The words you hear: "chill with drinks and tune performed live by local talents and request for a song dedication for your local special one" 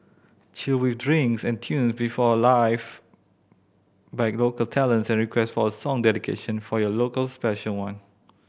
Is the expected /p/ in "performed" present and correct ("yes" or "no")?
no